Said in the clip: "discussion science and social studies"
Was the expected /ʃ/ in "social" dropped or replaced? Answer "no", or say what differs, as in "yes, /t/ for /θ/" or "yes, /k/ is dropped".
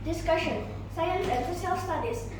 yes, /s/ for /ʃ/